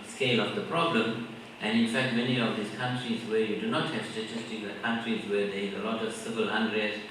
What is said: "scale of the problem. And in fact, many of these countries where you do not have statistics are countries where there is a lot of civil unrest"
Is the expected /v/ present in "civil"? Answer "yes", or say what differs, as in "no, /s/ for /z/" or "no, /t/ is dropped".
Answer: yes